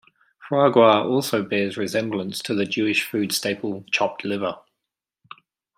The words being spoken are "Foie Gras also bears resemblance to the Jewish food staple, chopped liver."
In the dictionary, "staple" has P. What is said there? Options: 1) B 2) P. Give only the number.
2